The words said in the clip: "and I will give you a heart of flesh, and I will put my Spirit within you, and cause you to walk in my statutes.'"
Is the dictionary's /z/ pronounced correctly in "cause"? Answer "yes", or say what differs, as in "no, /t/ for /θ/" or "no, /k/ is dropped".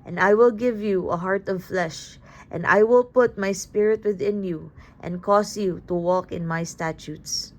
no, /s/ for /z/